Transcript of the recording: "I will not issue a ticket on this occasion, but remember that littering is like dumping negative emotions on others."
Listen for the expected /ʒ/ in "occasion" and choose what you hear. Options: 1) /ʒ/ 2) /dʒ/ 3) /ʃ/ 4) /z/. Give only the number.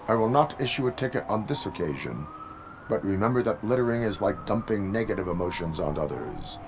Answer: 1